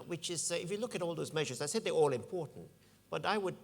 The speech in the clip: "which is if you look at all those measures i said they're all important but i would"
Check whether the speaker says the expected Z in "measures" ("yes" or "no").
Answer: yes